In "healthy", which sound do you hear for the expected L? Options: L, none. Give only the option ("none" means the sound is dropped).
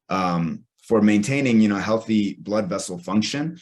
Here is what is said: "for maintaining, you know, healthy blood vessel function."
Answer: L